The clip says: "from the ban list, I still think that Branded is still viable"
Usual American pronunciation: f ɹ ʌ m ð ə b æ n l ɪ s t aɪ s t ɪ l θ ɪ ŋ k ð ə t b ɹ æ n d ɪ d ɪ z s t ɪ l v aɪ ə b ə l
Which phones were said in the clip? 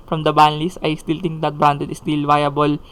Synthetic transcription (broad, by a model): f ɹ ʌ m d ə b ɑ n l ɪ s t aɪ s t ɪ l t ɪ ŋ k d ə t b ɹ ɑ n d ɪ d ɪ s t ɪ l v aɪ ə b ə l